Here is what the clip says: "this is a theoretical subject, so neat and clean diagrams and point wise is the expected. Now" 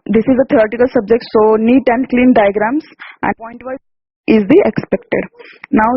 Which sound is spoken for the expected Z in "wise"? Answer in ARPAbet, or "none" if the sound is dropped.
none